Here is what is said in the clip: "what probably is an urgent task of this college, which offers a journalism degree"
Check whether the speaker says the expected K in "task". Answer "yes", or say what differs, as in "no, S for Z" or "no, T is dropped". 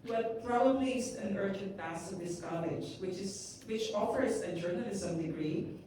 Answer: no, K is dropped